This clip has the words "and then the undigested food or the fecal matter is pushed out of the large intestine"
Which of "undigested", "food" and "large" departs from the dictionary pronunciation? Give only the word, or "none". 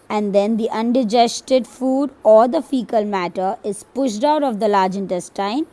none